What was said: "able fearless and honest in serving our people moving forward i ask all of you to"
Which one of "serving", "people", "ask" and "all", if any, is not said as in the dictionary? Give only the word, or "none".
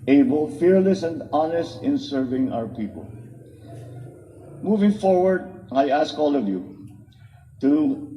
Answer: none